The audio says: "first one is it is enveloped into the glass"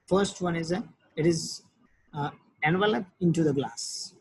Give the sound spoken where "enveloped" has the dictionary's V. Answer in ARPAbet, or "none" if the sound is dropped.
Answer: V